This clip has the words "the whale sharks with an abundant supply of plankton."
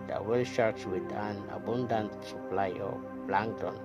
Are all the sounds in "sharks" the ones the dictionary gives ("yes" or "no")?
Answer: no